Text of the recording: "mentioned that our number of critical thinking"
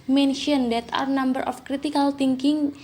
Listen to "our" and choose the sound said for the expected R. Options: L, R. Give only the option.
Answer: R